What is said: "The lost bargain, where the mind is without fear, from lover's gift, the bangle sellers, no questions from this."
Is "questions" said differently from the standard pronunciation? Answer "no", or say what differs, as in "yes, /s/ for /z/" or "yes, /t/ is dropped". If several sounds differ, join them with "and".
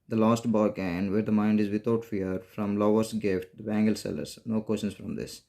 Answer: yes, /ʃ/ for /tʃ/